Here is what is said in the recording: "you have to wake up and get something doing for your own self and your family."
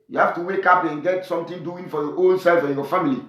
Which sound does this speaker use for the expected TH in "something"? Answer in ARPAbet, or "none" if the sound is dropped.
T